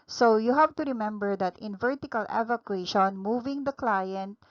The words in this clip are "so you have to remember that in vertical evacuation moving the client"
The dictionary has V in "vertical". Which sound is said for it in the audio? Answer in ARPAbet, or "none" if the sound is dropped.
V